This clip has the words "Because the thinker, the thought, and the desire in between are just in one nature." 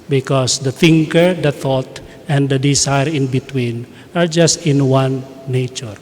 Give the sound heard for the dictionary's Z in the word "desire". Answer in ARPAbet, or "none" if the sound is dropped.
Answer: S